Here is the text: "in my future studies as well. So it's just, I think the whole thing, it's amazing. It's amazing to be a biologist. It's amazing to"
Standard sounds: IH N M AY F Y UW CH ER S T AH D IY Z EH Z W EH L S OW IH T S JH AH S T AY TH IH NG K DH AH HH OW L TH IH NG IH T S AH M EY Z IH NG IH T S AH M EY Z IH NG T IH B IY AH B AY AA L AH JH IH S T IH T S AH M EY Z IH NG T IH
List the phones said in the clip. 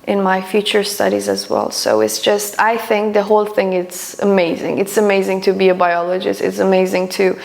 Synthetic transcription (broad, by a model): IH N M AY F Y UW CH ER S T AH D IY Z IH Z W EH L S OW IH T S JH AH S T AY TH IH NG K DH AH HH OW L TH IH NG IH T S AH M EY Z IH NG IH T S AH M EY Z IH NG T IH B IY AH B AY AA L AH JH IH S T IH T S AH M EY Z IH NG T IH